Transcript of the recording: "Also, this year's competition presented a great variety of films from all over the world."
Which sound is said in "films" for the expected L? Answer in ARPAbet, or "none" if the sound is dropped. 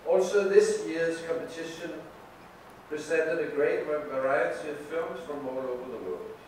none